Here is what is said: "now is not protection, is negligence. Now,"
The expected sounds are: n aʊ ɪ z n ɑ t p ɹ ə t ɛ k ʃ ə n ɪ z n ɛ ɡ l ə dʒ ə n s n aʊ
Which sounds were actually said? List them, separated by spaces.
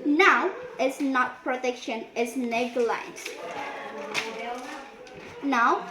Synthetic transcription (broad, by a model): n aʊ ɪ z n ɑ t p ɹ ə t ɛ k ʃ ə n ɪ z n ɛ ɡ l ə ə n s n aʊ